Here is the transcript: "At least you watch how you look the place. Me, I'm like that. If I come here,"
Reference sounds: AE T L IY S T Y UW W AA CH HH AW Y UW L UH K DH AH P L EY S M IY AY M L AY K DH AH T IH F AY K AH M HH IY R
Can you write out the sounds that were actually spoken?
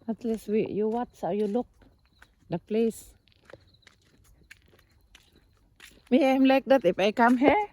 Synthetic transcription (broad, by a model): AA T L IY S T Y UW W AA S HH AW Y UW L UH K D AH P L EY S M IY AY M L AY K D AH T IH F AY K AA M HH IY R